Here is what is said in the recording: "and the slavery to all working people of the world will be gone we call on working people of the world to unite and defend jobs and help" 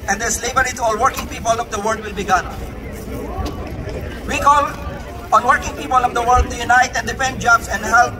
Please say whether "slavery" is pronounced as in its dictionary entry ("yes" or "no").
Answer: no